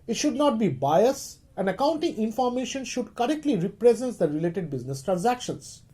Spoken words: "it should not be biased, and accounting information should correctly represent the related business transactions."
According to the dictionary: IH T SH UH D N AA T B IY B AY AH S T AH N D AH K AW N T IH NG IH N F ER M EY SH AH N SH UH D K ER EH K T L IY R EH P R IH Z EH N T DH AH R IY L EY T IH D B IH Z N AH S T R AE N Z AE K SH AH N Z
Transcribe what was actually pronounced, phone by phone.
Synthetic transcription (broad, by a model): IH T SH UH D N AA T B IY B AY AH S AH N D AH K AW N T IH NG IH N F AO M EY SH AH N SH UH D K ER EH K T L IY R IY P R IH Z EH N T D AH R IY L EY T IH D B IH Z N AH S T R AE N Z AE K SH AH N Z